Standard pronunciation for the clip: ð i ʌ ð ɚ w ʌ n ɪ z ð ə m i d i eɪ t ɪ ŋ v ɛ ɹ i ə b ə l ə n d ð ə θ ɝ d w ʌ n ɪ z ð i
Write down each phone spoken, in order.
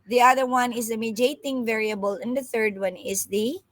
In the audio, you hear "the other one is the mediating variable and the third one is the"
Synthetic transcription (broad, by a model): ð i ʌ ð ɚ w ʌ n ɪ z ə m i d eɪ t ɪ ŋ v ɛ ɹ i ə b ə l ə n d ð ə θ ɝ d w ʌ n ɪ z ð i